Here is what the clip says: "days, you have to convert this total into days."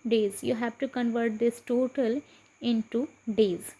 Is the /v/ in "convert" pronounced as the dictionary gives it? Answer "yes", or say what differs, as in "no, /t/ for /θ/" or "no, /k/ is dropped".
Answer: yes